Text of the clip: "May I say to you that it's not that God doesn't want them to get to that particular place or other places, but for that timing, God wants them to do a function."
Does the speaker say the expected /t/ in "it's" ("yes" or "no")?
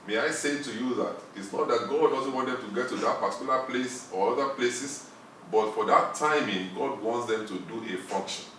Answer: yes